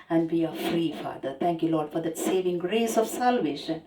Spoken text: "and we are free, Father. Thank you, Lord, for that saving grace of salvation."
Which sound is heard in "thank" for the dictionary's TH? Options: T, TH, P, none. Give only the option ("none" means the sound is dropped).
T